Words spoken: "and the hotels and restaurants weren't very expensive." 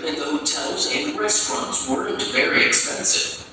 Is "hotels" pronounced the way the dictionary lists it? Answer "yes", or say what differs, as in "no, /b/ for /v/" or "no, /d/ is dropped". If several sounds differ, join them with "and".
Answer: yes